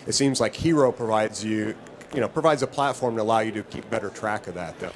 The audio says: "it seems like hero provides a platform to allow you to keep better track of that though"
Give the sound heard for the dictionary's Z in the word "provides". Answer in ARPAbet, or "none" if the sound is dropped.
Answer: Z